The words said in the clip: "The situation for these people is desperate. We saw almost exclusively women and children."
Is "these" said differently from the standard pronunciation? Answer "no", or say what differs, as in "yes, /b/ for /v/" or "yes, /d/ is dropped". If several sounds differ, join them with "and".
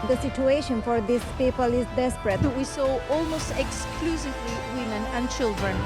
yes, /s/ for /z/